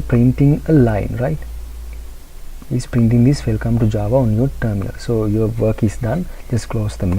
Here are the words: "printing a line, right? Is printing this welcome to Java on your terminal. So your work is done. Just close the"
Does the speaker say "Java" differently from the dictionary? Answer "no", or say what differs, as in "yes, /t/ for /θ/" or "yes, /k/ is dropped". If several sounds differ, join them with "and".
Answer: no